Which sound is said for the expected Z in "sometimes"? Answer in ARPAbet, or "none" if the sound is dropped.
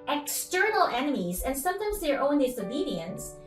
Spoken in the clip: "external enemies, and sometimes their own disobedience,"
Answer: Z